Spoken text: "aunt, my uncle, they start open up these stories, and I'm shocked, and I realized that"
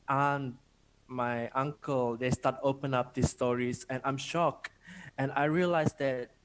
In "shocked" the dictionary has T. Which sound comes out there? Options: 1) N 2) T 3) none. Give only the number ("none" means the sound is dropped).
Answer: 3